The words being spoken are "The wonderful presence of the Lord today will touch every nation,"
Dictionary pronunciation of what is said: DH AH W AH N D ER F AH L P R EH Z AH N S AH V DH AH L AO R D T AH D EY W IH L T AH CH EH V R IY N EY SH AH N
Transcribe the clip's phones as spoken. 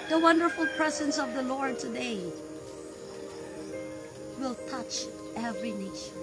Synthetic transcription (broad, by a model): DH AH W AH N D ER F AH L P R EH Z AH N S AH V DH AH L AO R D T AH D EY W IH L T AH CH EH V R IY N EY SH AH N